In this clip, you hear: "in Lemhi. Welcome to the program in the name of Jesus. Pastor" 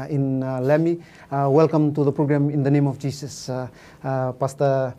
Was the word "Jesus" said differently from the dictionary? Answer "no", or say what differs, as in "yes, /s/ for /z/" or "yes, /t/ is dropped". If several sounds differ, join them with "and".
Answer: yes, /s/ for /z/